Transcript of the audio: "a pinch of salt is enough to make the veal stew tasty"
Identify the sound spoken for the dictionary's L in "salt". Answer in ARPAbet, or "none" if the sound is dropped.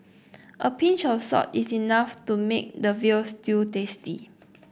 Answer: none